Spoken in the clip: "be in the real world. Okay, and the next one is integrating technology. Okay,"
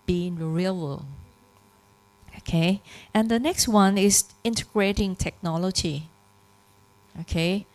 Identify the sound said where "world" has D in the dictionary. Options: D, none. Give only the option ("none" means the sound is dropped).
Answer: none